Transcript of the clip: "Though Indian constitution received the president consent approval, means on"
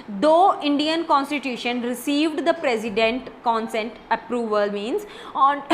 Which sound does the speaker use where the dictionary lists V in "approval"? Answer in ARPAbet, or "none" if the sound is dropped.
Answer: V